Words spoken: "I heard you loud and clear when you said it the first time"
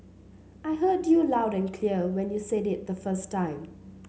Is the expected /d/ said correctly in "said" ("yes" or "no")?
yes